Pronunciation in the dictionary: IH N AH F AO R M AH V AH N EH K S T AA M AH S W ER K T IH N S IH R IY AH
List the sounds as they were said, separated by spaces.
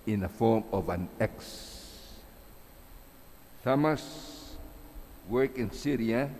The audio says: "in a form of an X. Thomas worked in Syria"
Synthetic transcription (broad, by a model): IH N AH F AO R M AH V AH N EH K S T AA M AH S W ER K IH N S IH R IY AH